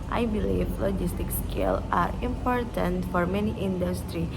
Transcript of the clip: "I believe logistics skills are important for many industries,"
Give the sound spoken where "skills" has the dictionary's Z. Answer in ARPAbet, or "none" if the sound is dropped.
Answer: none